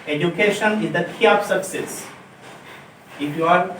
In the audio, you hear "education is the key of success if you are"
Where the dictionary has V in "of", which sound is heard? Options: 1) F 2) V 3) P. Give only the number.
3